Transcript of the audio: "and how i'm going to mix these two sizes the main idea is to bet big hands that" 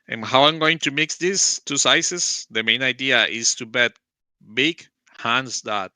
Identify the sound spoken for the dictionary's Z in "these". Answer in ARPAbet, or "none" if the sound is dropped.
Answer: S